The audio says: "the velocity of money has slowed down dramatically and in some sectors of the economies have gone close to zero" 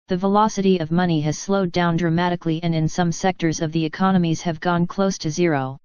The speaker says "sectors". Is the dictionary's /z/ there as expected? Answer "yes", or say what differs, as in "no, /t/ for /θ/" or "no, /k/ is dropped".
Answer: yes